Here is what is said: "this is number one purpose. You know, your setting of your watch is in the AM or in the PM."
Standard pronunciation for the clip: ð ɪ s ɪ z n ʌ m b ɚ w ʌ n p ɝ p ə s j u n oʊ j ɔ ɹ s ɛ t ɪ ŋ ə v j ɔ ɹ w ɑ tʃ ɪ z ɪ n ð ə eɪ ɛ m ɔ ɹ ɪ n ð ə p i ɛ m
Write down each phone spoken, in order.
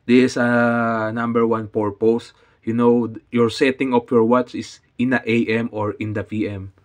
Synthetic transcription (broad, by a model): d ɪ s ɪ n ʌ m b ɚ w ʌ n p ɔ p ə s j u n oʊ j ɔ ɹ s ɛ t ɪ ŋ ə p j ɔ ɹ w ɑ tʃ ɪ s ɪ n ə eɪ ɛ m ɔ ɹ ɪ n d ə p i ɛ m